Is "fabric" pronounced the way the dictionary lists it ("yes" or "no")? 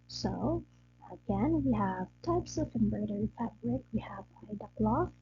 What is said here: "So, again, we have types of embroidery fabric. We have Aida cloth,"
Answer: yes